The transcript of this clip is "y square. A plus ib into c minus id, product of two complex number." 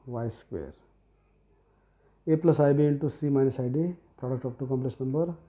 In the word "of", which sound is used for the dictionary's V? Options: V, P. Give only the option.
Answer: P